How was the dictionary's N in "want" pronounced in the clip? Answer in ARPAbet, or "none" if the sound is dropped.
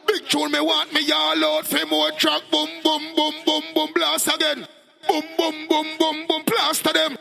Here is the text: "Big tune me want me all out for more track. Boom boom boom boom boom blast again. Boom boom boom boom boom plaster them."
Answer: none